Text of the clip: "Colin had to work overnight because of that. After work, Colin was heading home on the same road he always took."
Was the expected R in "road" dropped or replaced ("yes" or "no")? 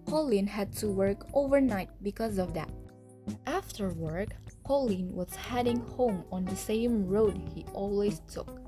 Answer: no